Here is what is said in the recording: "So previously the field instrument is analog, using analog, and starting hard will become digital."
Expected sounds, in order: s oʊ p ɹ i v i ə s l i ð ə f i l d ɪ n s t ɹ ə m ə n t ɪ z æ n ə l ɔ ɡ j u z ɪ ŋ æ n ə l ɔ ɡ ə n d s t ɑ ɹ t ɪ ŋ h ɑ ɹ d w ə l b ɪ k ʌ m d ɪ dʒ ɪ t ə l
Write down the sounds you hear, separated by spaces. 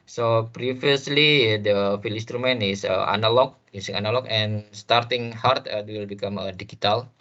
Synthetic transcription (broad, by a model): s oʊ p ɹ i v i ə s l i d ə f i l ɪ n s t ɹ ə m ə n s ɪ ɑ n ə l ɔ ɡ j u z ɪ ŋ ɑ n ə l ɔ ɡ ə n s t ɑ ɹ t ɪ ŋ h ɑ ɹ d w ə l b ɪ k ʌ m d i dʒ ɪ t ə l